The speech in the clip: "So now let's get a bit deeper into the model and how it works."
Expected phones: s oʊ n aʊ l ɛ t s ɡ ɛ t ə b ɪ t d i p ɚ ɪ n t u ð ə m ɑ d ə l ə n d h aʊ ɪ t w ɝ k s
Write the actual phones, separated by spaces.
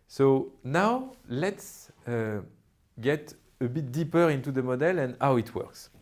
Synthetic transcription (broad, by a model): s oʊ n aʊ l ɛ t s ɡ ɛ t ə b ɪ t d i p ɚ ɪ n t u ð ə m ɑ d ə l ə n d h aʊ ɪ t w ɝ k s